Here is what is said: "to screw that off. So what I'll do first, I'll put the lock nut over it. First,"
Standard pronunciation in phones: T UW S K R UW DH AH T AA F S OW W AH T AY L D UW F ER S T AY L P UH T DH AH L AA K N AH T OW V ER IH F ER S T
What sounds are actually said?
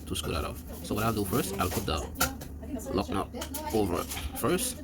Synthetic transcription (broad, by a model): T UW S K UW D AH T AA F S OW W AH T AY L D UW F ER S T AY L P UH T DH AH L AA K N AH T OW V ER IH F ER S T